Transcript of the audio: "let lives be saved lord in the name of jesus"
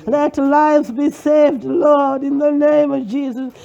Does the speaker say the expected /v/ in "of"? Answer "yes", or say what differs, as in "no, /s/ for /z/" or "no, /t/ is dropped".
yes